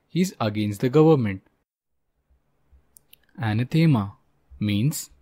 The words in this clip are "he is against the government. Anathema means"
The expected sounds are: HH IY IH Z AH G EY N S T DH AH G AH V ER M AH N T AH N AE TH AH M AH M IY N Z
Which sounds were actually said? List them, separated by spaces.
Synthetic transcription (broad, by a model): HH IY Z AH G EY N S T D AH G AH V ER M AH N T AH N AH T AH M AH M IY N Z